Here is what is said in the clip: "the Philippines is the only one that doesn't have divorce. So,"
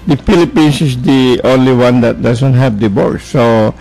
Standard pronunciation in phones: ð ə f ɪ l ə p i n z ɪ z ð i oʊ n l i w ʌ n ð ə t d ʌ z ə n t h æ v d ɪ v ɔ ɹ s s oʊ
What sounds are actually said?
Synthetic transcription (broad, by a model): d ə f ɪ l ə p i n s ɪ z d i oʊ n l i w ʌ n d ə t d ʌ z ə n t h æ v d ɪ b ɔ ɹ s s oʊ